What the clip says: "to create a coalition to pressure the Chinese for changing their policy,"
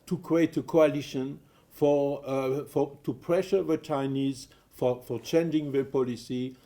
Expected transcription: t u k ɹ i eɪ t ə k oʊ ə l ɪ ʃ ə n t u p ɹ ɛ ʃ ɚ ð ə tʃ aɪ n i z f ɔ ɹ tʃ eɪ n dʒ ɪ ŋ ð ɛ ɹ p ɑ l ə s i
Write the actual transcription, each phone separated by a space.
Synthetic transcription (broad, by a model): t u k ɹ i eɪ t ə k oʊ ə l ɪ ʃ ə n t u p ɹ ɛ ʃ ɚ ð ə tʃ aɪ n i z f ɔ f tʃ eɪ n dʒ ɪ ŋ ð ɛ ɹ p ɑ l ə s i